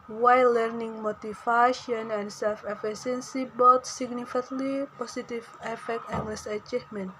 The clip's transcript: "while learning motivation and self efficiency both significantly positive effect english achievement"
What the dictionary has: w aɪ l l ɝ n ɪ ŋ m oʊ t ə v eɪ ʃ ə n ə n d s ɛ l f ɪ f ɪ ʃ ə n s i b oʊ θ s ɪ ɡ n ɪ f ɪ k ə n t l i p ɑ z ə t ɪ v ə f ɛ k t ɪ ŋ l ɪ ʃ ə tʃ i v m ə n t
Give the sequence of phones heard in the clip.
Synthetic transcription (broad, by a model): w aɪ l l ɝ n ɪ ŋ m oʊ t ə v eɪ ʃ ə n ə n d s ɛ l f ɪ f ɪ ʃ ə n s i b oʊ t s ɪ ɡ n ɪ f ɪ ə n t l i p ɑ s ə t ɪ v ə f ɛ k t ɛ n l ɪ s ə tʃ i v m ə n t